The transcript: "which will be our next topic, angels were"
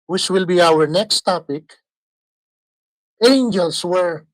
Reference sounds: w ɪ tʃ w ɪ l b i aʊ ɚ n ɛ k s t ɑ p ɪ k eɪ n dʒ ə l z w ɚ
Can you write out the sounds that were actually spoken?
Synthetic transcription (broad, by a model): w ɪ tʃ w ɪ l b i aʊ ɚ n ɛ k s t ɑ p ɪ k eɪ n dʒ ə l s w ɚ